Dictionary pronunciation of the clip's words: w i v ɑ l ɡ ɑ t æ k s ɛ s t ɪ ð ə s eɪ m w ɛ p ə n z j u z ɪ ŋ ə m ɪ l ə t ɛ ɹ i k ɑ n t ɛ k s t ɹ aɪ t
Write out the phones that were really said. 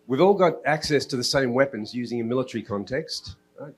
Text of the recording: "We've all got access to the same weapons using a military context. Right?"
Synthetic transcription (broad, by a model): w i v ɑ l ɡ ɑ t æ k s ɛ s t ɪ ð ə s eɪ m w ɛ p ə n z j u z ɪ ŋ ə m ɪ l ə t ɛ ɹ i k ɑ n t ɛ k s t t